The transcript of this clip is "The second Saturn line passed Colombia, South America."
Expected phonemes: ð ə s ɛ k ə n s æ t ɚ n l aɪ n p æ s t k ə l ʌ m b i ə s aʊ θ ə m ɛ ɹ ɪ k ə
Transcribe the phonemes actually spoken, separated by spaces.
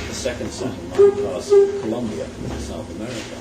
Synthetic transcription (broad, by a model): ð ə s ɛ k ə n s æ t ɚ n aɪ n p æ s k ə l ʌ m b i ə s aʊ θ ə m ɛ ɹ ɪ k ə